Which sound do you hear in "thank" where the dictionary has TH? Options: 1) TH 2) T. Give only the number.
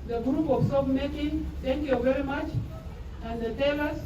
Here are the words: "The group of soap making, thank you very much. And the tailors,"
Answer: 2